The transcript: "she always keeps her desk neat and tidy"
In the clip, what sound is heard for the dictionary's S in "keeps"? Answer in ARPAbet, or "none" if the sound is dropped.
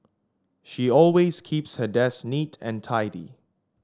S